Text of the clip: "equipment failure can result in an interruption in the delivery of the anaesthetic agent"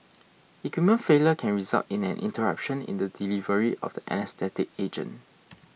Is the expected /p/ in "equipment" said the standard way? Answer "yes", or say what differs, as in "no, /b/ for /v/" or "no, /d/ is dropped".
no, /p/ is dropped